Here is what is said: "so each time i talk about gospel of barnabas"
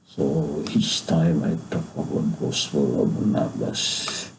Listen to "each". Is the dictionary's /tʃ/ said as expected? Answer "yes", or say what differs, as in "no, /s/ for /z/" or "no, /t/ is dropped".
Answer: no, /s/ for /tʃ/